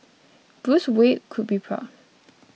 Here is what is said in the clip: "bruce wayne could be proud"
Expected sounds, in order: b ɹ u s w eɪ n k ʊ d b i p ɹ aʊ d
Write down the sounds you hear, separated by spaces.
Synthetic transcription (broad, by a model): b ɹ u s w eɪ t k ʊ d b i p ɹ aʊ